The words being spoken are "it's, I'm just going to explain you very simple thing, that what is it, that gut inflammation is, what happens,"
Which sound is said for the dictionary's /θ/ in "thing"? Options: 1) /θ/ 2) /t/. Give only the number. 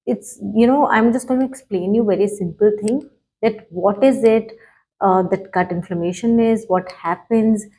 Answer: 2